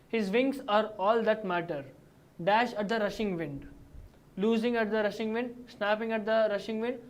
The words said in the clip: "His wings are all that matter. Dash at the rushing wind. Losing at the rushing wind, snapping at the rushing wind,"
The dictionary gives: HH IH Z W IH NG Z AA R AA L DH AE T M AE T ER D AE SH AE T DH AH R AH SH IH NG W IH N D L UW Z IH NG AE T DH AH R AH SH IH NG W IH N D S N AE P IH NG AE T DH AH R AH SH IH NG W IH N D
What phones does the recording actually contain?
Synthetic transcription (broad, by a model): HH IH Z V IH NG S AA R AA L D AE T M AE T ER D AE SH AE T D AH R AH SH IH NG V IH N D L UW Z IH NG AE T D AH R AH SH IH NG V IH N D S N AE P IH NG AE T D AH R AH SH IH NG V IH N D